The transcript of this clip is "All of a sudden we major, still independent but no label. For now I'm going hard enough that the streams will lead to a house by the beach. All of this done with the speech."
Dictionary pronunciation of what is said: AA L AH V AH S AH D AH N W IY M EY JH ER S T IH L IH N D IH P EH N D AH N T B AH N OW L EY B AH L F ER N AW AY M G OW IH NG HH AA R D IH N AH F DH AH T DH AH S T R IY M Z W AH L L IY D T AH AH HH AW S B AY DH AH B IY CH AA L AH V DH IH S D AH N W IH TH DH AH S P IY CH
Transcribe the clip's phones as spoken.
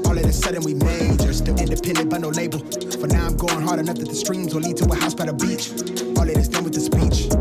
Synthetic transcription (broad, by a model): AA L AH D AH S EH D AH N W IY M EY JH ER S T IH IH N D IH P EH N D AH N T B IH N OW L EY B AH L F ER N AW AY M G OW IH NG HH AA R D IH N AH F DH AH T DH AH S T R IY M Z W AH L L IY D T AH AH HH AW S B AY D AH B IY CH AA L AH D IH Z D AH N W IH DH AH S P IY CH